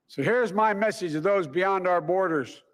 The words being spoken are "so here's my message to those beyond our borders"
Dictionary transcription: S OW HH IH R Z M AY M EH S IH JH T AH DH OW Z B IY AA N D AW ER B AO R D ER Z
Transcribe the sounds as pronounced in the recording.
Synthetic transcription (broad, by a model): S OW HH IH R Z M AY M EH S IH JH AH DH OW Z B IY AA N D AW ER B AO R D ER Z